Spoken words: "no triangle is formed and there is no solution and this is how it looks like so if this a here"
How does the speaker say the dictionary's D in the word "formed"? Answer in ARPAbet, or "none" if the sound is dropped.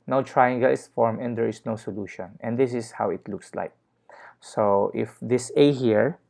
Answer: none